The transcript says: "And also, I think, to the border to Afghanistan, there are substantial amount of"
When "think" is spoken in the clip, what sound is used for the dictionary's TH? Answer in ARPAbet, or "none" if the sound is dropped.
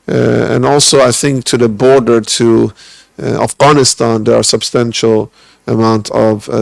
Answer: TH